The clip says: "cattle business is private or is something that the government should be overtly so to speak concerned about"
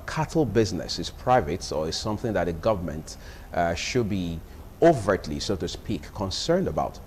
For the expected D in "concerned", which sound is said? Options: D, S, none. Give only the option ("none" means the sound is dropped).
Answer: D